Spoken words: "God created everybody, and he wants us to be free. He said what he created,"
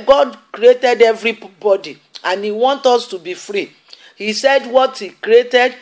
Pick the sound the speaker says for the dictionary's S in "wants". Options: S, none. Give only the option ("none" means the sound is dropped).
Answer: none